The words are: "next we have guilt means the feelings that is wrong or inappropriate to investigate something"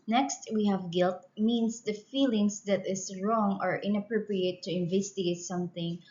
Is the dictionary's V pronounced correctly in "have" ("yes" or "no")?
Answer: yes